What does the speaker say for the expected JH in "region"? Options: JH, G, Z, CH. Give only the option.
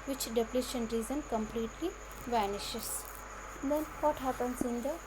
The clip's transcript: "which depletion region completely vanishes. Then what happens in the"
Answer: Z